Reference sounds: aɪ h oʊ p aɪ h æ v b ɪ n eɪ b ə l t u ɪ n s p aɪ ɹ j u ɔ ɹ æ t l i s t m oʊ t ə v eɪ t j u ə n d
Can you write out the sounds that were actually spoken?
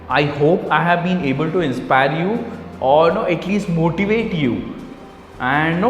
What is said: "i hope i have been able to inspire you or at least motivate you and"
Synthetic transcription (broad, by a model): aɪ h oʊ p aɪ h æ v b ɪ n eɪ b ə l t u ɪ n s p aɪ ɹ j u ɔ ɹ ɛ t l i s t m oʊ t ə v eɪ t j u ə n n